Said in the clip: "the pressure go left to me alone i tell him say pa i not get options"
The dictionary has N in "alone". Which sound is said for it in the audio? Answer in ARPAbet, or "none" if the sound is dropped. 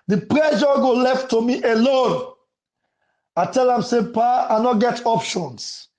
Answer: N